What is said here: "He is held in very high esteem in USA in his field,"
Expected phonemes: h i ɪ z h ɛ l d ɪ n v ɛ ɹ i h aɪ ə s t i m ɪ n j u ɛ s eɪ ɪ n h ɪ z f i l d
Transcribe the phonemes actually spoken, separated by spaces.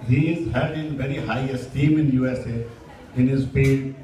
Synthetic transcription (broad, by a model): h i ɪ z h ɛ d ɪ n v ɛ ɹ i h aɪ ə s t i m ɪ n j u ɛ s eɪ ɪ n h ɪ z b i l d